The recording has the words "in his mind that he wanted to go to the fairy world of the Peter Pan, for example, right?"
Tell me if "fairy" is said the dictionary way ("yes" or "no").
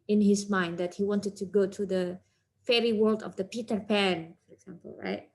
yes